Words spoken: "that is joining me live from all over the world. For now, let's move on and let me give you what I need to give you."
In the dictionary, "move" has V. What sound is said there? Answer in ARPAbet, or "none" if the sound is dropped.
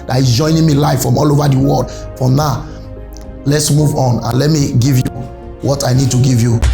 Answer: V